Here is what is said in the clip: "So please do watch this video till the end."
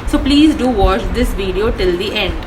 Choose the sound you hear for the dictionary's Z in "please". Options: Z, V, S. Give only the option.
Z